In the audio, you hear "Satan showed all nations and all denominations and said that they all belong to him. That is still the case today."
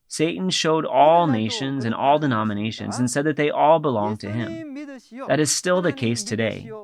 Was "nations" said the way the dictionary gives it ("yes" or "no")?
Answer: yes